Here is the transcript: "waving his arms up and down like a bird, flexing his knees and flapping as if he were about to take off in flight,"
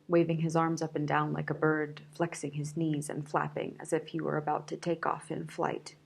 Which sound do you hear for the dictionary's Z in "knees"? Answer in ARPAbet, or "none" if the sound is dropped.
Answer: Z